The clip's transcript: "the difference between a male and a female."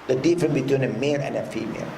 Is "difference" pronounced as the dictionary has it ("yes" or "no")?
no